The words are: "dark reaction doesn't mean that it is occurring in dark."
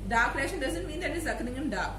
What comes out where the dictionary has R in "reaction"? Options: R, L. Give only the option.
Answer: L